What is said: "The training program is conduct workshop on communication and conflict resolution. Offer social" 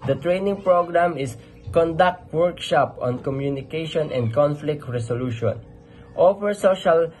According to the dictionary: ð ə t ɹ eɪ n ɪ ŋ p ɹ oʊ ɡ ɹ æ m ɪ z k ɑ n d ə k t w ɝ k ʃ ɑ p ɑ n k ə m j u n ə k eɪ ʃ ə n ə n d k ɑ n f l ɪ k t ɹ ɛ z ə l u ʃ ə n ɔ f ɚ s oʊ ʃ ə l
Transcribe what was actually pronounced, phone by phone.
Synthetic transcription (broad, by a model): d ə t ɹ eɪ n ɪ ŋ p ɹ oʊ ɡ ɹ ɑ m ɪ s k ɑ n d ə k t w ɝ k ʃ ɑ p ɑ n k ə m j u n ə k eɪ ʃ ə n ə n d k ɑ n f l ɪ k t ɹ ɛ s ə l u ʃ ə n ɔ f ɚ s oʊ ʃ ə l